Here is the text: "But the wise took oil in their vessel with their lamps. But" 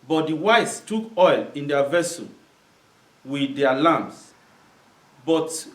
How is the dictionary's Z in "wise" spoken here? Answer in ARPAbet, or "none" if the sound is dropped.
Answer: S